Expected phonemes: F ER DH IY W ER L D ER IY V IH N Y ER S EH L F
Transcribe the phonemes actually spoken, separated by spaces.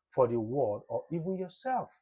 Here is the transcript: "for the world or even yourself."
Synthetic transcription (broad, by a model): F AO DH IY W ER D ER IY V IH N Y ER S EH L F